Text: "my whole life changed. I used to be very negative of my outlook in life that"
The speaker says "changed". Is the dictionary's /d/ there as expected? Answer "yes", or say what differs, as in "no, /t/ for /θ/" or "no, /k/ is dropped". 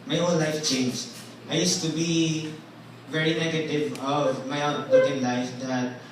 no, /d/ is dropped